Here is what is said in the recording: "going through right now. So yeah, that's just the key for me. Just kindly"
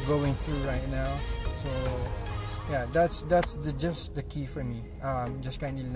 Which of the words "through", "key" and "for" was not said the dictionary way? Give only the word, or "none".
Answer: none